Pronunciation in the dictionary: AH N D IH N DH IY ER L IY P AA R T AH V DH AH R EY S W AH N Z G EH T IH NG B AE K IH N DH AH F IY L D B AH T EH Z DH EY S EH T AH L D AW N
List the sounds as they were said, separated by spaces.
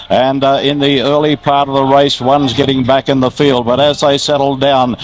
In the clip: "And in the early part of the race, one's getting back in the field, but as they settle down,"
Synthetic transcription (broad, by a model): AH N IH N DH IY ER L IY P AA R T AH V DH AH R EY S W AH N Z G EH T IH NG B AE K IH N DH AH F IY L D B AH T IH Z DH EY S EH T L D AW N